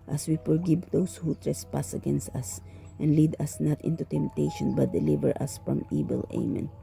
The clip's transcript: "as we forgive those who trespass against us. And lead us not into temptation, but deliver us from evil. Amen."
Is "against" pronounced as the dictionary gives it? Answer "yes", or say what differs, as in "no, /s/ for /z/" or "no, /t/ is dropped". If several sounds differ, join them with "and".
yes